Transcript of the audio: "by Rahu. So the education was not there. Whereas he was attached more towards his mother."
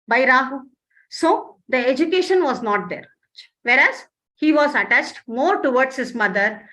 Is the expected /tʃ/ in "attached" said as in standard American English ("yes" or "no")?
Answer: yes